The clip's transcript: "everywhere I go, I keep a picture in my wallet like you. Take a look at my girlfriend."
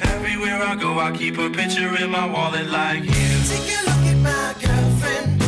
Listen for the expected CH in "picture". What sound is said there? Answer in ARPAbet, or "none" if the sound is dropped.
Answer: CH